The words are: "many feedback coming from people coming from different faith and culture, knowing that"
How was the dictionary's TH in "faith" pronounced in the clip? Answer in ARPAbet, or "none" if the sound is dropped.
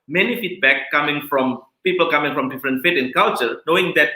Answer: T